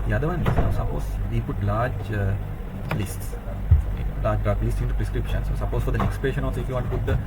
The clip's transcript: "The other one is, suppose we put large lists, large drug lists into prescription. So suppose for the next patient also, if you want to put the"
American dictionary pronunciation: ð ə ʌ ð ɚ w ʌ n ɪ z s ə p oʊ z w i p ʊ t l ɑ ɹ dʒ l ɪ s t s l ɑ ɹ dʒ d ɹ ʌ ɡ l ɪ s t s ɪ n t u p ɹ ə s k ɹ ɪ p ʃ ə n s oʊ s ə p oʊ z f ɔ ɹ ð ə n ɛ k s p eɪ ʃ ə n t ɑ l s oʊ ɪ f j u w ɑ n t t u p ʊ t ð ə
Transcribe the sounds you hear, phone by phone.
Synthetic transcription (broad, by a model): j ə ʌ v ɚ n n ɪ s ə p oʊ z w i p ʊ t l ɑ ɹ dʒ l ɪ s t s l ɑ ɹ dʒ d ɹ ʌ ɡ l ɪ s t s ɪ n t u p ɹ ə s k ɹ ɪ p ʃ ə n s oʊ s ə p oʊ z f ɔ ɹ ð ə n ɛ k s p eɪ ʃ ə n ɑ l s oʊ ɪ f j u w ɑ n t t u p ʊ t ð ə